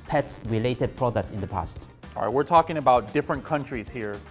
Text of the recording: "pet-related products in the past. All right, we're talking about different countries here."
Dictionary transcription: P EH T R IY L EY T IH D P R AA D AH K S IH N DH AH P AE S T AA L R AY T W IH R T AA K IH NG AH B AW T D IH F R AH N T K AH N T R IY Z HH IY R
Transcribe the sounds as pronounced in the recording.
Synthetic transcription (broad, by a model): P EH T R IY L EY T IH D P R AA D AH K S IH N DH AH P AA S T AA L R AY T W IH R T AA K IH NG AH B AW T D IH F R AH N K AH N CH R IY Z HH IY R